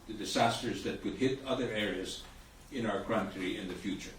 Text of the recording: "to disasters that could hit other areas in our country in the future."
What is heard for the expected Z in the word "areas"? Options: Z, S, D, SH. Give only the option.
Z